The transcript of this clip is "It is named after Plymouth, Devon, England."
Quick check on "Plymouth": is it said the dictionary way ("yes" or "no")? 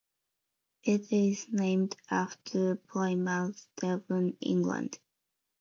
no